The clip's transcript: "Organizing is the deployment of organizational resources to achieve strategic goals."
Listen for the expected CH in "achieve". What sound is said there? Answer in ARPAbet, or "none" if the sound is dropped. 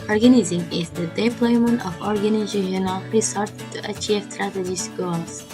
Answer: CH